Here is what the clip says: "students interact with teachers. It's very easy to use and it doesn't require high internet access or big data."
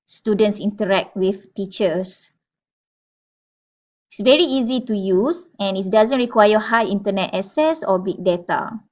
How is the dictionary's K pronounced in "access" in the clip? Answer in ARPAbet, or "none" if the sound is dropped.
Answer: none